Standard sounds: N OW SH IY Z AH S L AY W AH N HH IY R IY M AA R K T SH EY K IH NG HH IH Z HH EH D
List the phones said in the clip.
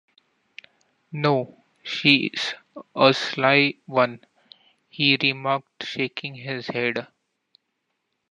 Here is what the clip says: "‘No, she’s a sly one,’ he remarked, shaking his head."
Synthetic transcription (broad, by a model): N OW SH IY Z AH S L AY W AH N HH IY R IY M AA R K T SH EY K IH NG HH IH Z HH EH D